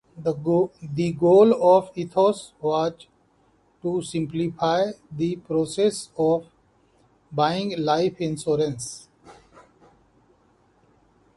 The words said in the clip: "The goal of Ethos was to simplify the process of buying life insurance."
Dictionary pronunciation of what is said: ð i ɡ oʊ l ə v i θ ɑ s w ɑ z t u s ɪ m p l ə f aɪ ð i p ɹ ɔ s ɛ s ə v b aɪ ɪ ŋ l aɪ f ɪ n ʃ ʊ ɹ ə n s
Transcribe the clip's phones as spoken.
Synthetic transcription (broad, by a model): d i ɡ oʊ l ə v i t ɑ s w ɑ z t u s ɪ m p l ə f aɪ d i p ɹ ɔ s ɛ s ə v b aɪ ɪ ŋ l aɪ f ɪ n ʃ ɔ ɹ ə n s